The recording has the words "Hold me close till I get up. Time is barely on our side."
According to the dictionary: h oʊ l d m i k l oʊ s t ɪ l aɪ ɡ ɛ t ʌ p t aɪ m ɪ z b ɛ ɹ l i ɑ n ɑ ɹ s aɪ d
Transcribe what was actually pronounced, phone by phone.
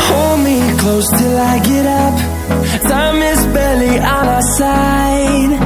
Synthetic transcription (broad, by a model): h oʊ l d m i k l oʊ s t ɪ l aɪ ɡ ɛ t ʌ p s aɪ m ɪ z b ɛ l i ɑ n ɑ s aɪ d